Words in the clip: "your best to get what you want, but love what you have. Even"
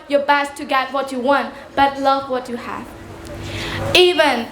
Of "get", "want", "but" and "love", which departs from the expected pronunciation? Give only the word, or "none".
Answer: none